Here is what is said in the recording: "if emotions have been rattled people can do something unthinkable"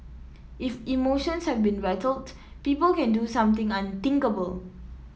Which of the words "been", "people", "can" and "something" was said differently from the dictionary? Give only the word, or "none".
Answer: something